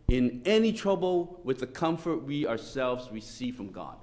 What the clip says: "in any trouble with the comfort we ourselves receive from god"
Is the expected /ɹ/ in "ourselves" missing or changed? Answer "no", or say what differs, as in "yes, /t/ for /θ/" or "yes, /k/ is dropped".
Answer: no